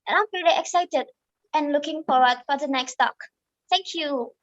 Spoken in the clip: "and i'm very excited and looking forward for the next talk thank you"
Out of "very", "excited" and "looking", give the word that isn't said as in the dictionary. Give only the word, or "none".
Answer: very